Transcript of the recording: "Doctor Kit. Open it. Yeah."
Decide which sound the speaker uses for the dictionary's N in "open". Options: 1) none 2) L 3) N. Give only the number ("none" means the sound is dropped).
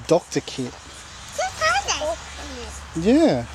1